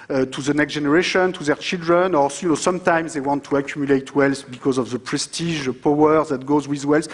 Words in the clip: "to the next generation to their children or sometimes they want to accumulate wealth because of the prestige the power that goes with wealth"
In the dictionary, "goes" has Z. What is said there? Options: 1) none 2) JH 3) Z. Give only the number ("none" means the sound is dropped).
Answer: 3